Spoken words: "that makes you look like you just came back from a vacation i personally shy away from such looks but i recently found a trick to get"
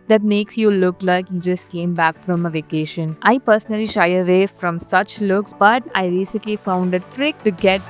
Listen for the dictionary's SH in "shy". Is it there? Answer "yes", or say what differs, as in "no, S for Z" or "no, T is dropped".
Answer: yes